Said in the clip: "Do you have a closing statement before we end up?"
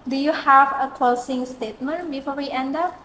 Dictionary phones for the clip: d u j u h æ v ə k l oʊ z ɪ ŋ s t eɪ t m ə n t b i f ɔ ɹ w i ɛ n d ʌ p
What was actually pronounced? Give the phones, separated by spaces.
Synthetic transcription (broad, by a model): d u j u h æ v ə k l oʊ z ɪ ŋ s t eɪ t m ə n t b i f ɔ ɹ w i ɛ n d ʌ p